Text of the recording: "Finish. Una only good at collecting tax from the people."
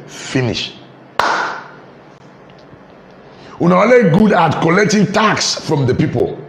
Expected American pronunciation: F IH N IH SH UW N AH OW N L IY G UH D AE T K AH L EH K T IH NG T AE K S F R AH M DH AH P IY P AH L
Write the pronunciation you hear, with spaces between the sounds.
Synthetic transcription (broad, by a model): F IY N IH SH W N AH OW L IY G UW D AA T K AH L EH K T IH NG T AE K S F R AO M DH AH P IY P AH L